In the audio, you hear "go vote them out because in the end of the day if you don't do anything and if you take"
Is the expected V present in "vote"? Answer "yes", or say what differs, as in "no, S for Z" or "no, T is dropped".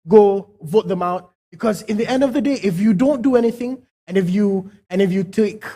yes